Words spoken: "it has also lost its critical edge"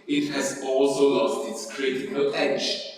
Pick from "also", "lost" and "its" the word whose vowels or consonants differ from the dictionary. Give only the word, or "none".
none